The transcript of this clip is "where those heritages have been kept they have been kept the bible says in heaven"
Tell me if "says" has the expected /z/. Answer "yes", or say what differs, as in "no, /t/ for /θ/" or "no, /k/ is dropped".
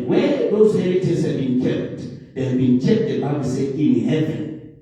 no, /z/ is dropped